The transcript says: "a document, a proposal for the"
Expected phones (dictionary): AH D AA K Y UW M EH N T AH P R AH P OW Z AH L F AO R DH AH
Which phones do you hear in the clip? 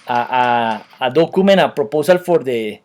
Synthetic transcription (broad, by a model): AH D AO K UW M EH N AH P R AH P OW S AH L F AO R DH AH